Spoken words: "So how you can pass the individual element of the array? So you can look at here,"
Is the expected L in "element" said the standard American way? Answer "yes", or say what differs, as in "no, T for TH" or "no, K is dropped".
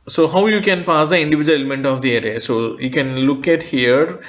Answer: no, L is dropped